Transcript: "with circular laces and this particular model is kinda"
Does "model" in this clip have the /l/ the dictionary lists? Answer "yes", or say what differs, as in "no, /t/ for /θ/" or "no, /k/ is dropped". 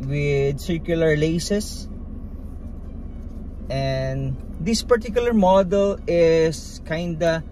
yes